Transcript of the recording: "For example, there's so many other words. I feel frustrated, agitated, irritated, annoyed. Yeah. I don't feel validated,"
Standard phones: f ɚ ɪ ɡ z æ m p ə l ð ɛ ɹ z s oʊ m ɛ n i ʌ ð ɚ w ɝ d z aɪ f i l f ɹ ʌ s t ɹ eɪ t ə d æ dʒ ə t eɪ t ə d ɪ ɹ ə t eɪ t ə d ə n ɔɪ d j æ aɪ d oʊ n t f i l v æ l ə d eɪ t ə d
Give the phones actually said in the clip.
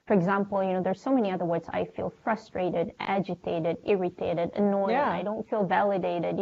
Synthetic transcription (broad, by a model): f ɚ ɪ ɡ z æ m p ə n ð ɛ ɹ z s oʊ m ɛ n i ʌ ð ɚ w ɝ d z aɪ f i l f ɹ ʌ s t ɹ eɪ t ə d æ dʒ ə t eɪ t ə d ɪ ɹ ə t eɪ t ə d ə n ɔɪ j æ aɪ d oʊ n t f i l v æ l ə d eɪ t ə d